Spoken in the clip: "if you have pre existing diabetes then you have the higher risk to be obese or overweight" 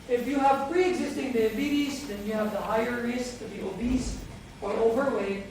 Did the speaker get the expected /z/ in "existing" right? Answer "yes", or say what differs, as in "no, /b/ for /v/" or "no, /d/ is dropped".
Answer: yes